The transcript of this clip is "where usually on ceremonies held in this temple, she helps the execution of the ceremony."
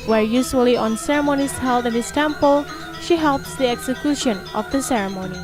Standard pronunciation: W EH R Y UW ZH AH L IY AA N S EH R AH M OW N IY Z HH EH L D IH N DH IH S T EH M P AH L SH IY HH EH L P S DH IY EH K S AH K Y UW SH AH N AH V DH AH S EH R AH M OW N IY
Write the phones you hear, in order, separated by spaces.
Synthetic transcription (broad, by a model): W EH R Y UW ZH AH L IY AA N S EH R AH M OW N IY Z HH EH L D IH N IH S T EH M P AH L SH IY HH EH L P S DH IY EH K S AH K Y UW SH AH N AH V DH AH S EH R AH M OW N IY